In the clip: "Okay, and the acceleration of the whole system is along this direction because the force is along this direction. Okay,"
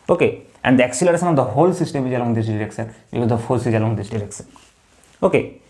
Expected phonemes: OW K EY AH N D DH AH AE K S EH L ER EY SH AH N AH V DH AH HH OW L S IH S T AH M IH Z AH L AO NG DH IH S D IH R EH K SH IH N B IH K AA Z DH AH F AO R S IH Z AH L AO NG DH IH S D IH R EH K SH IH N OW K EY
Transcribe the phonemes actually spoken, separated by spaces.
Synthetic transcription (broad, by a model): OW K EY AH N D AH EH K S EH L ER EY S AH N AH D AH HH OW L S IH S T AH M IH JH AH L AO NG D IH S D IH R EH K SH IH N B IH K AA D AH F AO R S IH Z AH L AO NG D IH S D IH R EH K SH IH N OW K EY